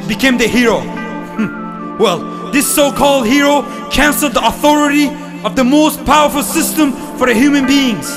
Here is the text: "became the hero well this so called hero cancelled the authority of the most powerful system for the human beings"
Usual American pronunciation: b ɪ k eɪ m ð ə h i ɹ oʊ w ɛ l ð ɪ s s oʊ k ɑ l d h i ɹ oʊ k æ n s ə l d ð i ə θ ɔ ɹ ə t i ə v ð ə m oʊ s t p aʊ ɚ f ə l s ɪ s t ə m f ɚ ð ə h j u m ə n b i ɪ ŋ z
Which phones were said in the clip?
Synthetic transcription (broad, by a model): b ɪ k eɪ m ð ə h i ɹ oʊ w ɛ l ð ɪ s s oʊ k ɑ l d h i ɹ oʊ k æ n s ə l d ð i ə θ ɔ ɹ ə t i ə v ð ə m oʊ s t p aʊ ɚ f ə l s ɪ s t ə m f ɚ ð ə h j u m ə n b i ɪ ŋ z